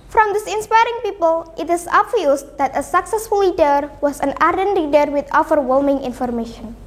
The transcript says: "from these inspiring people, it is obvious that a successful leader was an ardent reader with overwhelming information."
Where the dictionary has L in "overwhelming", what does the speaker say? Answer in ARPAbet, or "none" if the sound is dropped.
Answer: L